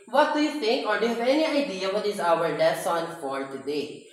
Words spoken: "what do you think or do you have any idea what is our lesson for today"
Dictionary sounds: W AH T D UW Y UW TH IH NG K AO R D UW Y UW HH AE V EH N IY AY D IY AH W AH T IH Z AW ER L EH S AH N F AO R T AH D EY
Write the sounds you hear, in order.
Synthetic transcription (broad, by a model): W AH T D UW Y UW T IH NG K AO R D UW Y UW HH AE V EH N IY AY D IY AH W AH T IH Z AW ER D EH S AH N F AO R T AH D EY